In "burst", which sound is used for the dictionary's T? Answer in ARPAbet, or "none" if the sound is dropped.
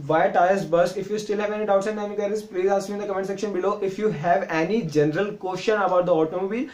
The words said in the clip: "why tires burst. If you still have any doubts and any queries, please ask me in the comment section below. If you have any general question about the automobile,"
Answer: none